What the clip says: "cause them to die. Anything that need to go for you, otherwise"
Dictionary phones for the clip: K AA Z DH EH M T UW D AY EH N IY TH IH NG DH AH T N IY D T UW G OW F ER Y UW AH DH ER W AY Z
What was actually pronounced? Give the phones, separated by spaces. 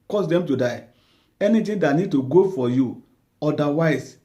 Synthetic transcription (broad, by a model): K AA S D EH M T UW D AY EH N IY T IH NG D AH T N IY D T UW G OW F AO Y UW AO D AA W AY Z